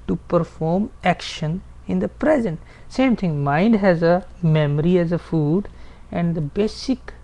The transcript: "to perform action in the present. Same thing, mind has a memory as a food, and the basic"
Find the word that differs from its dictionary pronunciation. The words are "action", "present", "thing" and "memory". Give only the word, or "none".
thing